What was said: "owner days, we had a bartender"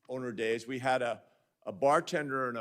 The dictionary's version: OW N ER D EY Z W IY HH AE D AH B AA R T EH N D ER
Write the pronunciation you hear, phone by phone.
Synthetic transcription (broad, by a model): OW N ER D EY Z W IY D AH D AH B AA R T EH N D ER